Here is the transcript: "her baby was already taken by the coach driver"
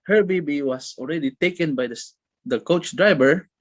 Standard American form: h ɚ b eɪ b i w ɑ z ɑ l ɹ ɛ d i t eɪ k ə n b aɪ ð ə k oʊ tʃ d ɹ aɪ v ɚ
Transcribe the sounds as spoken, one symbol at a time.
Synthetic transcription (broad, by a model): h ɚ b eɪ b i w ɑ s ɑ l ɹ ɛ d i t eɪ k ə n b aɪ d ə k oʊ tʃ d ɹ aɪ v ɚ